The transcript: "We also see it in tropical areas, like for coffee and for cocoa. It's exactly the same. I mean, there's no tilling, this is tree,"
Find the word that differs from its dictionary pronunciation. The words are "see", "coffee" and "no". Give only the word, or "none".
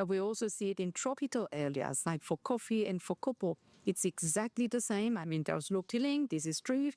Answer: no